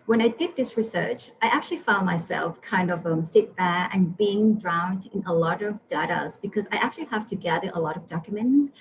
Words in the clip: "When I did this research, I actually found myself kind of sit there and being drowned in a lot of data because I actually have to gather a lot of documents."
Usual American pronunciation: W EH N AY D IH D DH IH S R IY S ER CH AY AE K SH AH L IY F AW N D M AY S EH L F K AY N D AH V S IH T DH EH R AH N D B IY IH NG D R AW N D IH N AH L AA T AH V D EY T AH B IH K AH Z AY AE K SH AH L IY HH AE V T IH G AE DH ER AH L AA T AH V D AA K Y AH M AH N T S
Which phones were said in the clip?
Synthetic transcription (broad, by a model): W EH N AY D IH D DH IH S R IY S ER CH AY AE K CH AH L IY F AW N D M AY S EH L F K AY N D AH V S IH T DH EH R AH N B IY IH NG D R AW N D IH N AH L AA T AH V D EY T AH B IH K AH Z AY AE K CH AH L IY HH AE F T IH G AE DH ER AH L AA T AH V D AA K Y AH M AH N T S